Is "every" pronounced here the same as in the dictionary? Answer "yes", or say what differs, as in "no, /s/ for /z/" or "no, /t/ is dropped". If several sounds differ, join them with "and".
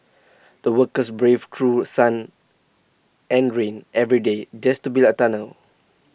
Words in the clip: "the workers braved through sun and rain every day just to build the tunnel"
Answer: yes